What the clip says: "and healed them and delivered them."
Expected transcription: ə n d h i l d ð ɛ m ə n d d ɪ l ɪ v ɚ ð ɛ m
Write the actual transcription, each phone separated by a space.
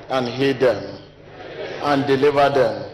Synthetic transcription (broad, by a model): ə n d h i d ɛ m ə n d d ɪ l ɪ v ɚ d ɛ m